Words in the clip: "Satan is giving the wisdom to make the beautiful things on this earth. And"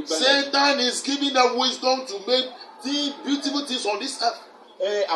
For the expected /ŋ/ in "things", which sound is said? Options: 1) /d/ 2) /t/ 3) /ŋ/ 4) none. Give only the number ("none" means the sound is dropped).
4